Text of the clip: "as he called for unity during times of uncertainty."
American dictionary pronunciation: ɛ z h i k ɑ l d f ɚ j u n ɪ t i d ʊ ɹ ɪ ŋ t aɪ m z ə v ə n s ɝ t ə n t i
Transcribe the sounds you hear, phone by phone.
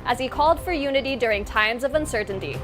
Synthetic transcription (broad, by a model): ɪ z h i k ɑ l d f ɚ j u n ɪ t i d ʊ ɹ ɪ ŋ t aɪ m z ə v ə n s ɝ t n t i